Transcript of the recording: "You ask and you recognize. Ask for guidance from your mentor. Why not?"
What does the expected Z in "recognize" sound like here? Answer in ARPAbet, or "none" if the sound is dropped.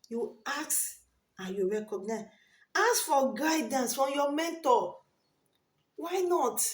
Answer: none